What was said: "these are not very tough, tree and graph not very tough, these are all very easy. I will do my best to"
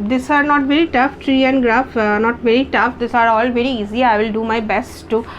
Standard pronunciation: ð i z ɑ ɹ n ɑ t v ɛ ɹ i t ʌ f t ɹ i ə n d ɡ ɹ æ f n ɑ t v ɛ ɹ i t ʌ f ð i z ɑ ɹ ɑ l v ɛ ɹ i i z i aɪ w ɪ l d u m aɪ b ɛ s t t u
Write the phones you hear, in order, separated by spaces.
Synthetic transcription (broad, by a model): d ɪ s ɑ ɹ n ɑ t v ɛ ɹ i t ʌ f t ɹ i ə n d ɡ ɹ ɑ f n ɑ t v ɛ ɹ i t ʌ f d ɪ s ɑ ɹ ɑ l v ɛ ɹ i i z i aɪ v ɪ l d u m aɪ b ɛ s t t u